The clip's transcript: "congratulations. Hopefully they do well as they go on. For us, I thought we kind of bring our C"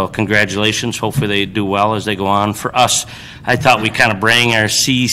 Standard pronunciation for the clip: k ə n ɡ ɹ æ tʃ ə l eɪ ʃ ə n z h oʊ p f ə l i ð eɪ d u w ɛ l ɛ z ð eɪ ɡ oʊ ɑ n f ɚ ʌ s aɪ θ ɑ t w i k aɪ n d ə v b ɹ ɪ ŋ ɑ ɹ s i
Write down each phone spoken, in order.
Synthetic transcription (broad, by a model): k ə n ɡ ɹ æ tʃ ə l eɪ ʃ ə n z h oʊ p f l i ð eɪ d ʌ w ɛ l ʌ z ð eɪ ɡ oʊ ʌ n f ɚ ʌ s aɪ θ ɑ t w i k aɪ n d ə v b ɹ ɪ ŋ ɑ ɹ s i